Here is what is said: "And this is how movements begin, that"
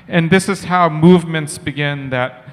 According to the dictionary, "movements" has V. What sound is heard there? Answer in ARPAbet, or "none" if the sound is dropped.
V